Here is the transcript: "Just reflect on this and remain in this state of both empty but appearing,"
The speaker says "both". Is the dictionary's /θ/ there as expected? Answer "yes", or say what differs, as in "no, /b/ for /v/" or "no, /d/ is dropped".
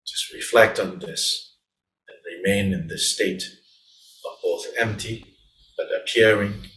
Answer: yes